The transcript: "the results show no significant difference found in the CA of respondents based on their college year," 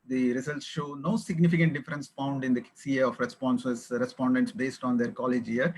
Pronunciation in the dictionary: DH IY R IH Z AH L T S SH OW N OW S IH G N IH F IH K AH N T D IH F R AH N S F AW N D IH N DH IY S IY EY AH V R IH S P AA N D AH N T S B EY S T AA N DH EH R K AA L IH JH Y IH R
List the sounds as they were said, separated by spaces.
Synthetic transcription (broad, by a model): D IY R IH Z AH L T S SH OW N OW S IH G N IH F IH K AH N T D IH F R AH N S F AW N D IH N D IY S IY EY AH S R IH S P AA N D AH N T S B EY S T AA N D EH R K AA L IH JH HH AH R